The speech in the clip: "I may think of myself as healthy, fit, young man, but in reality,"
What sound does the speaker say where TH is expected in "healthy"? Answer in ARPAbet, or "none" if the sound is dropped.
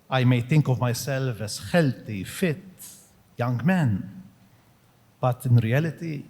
T